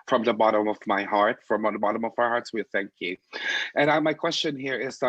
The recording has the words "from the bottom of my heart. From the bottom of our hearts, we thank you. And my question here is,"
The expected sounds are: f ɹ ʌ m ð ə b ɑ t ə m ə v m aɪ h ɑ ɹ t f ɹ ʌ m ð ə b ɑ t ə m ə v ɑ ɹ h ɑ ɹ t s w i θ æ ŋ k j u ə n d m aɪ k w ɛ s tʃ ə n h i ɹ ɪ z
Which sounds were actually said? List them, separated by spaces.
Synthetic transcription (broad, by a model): f ɹ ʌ m ð ə b ɑ t ə m ə v m aɪ h ɑ ɹ t f ɹ ʌ m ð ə b ɑ t ə m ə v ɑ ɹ h ɑ ɹ t s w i θ æ ŋ k j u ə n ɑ m aɪ k w ɛ s tʃ ə n h i ɹ ɪ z